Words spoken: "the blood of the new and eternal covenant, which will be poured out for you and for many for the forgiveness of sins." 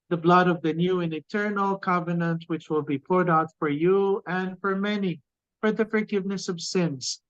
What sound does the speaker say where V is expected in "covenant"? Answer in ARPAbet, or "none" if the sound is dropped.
V